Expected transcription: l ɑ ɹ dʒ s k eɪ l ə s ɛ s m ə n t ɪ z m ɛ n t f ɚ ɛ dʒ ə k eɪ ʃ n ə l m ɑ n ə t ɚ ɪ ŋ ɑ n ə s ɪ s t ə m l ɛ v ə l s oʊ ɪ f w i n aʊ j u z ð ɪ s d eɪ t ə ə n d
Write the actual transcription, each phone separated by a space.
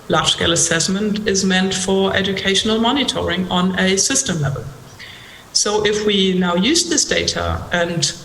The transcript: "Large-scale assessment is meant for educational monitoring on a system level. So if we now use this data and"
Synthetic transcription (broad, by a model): l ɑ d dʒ s k eɪ l ə s ɛ s m ə n t ɪ z m ɛ n t f ɚ ɛ dʒ ə k eɪ ʃ n ə l m ɑ n ə t ɚ ɪ ŋ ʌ n ə s ɪ s t ə m l ɛ v ə l s oʊ ɪ f w i n aʊ j u z ð ɪ s d eɪ t ə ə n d